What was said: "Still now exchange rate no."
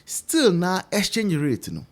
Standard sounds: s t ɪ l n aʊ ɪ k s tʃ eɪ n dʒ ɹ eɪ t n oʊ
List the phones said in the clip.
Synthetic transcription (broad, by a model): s t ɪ l n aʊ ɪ s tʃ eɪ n ɹ eɪ t n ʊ